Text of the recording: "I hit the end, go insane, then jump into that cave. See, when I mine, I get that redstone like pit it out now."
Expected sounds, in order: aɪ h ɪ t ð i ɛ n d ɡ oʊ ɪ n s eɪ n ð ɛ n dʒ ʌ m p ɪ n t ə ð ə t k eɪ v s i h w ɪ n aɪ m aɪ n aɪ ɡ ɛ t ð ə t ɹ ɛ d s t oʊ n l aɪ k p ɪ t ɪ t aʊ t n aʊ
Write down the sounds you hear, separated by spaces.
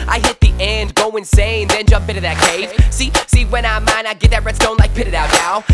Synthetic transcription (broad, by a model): aɪ h ɪ t ð i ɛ n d ɡ oʊ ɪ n s eɪ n ð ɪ n dʒ ʌ m p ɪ t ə ð ə t k eɪ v s i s w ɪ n aɪ m aɪ n aɪ ɡ ɛ t ð ə t ɹ ɛ d s t oʊ n l aɪ k p ɪ t ɪ t aʊ t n aʊ